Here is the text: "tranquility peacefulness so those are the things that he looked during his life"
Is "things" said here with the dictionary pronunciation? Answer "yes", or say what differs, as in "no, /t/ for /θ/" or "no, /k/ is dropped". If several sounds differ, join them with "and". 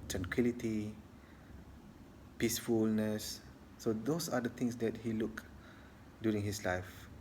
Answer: no, /t/ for /θ/